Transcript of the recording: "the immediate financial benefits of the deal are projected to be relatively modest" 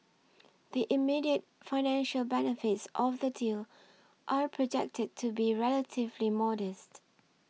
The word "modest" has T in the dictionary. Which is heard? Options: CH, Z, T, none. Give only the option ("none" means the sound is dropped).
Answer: T